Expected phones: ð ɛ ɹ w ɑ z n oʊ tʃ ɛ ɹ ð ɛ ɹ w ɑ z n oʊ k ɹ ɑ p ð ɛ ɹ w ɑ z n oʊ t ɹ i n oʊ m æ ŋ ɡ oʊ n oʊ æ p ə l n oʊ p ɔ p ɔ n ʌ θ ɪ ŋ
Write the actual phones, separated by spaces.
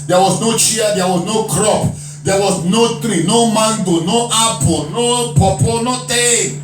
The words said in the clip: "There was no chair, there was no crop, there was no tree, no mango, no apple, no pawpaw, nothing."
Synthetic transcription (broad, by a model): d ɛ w ɑ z n oʊ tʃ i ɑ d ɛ w ɑ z n oʊ k ɹ ɑ p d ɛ w ɑ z n oʊ t ɹ i n oʊ m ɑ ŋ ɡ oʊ n oʊ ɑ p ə n oʊ p ɔ p ɔ n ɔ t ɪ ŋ